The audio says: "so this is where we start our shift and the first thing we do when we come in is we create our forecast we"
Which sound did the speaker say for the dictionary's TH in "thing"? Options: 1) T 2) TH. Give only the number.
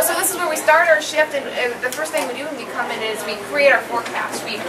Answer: 2